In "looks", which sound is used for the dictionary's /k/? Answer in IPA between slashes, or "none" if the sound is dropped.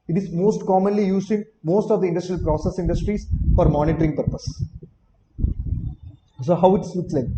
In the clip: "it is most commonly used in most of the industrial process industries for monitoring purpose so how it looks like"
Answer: none